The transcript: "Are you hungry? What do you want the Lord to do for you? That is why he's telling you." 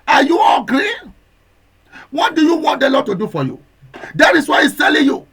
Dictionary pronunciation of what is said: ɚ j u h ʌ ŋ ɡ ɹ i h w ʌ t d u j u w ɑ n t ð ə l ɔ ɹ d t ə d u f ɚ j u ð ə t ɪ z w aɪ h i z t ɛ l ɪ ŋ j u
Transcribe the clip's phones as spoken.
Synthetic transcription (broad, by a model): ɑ j u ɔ ɡ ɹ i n w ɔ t d u j u w ɑ n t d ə l ɔ t ə d u f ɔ j u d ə t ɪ s w aɪ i s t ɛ l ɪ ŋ j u